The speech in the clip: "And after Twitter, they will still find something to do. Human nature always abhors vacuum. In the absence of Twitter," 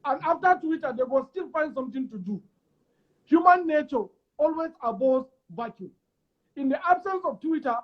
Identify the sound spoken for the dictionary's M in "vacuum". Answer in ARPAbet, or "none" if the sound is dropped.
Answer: none